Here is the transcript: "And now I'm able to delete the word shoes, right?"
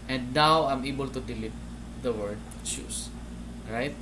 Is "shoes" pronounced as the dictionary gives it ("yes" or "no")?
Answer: no